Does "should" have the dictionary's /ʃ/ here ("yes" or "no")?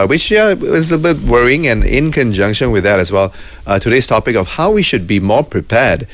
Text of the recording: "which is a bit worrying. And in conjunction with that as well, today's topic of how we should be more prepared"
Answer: yes